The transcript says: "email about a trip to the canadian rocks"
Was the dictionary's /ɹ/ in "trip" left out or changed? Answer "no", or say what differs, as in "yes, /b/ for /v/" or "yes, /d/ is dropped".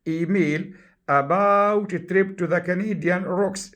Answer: no